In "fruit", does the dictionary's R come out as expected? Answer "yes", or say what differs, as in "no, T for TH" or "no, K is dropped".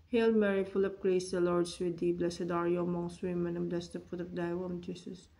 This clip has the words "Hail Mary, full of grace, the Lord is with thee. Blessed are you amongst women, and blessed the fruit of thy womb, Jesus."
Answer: no, R is dropped